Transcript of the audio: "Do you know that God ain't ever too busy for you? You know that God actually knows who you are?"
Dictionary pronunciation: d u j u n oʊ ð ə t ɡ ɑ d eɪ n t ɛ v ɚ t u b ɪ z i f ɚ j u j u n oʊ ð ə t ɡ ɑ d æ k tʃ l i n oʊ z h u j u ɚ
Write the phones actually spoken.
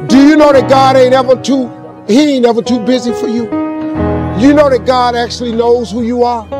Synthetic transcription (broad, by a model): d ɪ j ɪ n oʊ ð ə t ɡ ɑ d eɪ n t ɛ v ɚ t u b ɪ z i f ɚ j u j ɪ n oʊ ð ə t ɡ ɑ d æ k tʃ l i n oʊ z h u j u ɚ